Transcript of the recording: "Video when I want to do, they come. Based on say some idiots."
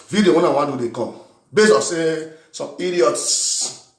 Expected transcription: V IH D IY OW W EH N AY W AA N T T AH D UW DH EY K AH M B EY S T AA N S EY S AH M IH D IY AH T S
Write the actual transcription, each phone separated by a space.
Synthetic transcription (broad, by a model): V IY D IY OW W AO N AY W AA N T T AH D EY K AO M B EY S AA S EY S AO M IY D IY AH T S